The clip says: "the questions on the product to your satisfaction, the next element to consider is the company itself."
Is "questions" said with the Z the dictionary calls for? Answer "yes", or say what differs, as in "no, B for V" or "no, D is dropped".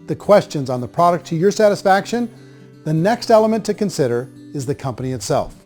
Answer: yes